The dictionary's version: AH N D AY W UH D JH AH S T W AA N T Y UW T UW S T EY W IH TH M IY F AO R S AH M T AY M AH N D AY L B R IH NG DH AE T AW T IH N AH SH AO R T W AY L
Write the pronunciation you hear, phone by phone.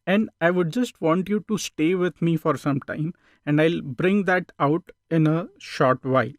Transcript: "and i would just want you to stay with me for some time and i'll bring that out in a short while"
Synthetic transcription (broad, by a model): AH N D AY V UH D JH AH S T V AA N T Y UW T UW S T EY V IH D M IY F AO R S AH M T AY M AH N D AY L B R IH NG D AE T AW T IH N AH SH AO R T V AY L